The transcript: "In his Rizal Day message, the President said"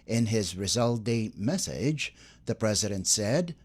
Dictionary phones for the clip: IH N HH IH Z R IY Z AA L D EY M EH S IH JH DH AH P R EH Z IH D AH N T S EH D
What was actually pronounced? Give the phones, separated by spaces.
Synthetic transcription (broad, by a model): IH N IH Z R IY Z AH L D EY M EH S IH JH DH AH P R EH Z IH D AH N T S EH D